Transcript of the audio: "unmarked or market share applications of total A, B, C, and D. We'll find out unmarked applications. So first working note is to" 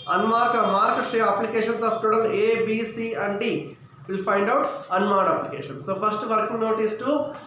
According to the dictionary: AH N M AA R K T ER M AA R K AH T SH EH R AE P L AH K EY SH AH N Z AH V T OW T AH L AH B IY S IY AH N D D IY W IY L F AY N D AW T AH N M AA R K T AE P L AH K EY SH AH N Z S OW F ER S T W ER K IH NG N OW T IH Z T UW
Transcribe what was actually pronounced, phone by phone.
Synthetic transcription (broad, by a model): AH N M AA R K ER M AA R K AH T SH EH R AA P L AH K EY SH AH N S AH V T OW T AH L AH B IY S IY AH N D D IY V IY L P AY N D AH T AH N M AA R T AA P L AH K EY SH AH N S OW P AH S T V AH K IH NG N OW T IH S T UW